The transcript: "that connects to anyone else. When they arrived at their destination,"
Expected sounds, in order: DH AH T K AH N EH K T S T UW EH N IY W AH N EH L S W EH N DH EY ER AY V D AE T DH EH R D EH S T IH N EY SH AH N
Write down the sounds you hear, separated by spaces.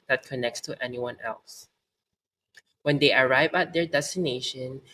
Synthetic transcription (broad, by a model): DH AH T K AH N EH K T S T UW EH N IY W AH N EH L S W EH N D EY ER AY V AE T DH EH R D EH S T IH N EY SH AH N